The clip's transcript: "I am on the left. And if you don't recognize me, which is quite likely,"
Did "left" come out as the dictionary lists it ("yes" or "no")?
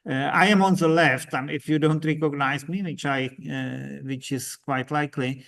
yes